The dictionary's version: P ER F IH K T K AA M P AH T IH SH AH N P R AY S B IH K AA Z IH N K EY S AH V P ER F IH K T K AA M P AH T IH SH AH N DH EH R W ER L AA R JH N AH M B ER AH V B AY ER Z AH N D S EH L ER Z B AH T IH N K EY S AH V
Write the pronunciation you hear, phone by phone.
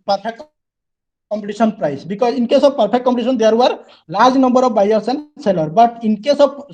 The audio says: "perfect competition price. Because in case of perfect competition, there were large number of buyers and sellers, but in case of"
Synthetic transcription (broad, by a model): P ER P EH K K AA M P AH T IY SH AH N P R AY S B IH K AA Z IH N K EY S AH B P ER P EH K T K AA M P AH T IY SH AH N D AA R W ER L AA R JH N AH M B ER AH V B AY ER S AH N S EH L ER B AH T IH N K EY S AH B